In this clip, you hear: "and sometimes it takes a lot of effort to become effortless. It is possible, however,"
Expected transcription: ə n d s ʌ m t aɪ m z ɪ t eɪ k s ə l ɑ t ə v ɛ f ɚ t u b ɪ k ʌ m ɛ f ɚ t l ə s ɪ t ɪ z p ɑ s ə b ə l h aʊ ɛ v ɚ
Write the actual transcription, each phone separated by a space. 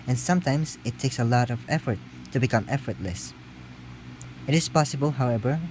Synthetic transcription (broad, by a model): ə n s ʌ m t aɪ m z ɪ t eɪ k s ə l ɑ t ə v ɛ f ɚ t u b ɪ k ʌ m ɛ f ɚ t l ə s ɪ t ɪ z p ɑ s ə b ə l h aʊ ɛ v ɚ